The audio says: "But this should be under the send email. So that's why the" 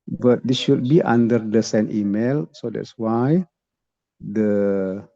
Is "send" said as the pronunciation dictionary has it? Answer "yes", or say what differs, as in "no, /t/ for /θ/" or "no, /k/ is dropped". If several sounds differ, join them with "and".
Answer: no, /d/ is dropped